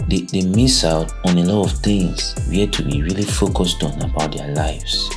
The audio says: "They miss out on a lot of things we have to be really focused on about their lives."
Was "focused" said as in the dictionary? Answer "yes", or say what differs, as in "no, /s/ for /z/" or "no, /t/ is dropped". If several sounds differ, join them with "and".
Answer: yes